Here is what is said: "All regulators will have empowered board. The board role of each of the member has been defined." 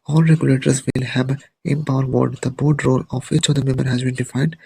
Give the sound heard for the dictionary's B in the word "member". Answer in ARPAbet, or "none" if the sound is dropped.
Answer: none